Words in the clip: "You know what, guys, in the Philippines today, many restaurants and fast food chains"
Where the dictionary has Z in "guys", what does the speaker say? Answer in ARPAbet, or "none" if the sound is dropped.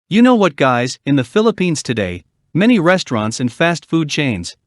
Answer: Z